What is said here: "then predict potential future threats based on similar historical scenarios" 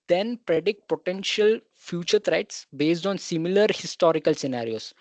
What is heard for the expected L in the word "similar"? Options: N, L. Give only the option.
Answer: L